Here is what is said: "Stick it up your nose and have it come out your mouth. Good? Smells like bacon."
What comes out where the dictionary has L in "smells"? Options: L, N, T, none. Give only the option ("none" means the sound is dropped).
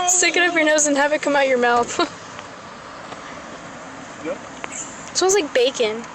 none